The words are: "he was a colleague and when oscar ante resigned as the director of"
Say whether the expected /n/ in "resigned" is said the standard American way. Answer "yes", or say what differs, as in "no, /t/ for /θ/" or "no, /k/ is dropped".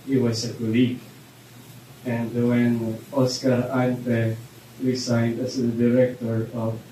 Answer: yes